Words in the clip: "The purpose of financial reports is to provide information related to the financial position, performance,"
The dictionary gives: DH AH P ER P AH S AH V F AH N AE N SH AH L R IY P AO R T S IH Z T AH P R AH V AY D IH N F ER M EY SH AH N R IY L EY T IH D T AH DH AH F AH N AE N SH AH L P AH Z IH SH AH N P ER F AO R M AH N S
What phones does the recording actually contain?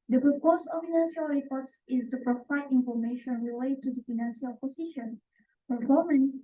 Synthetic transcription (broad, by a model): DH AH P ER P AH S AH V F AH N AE N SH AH L R IY P AO R T S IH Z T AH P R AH F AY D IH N F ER M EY SH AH N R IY L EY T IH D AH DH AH F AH N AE N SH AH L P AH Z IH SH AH N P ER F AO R M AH N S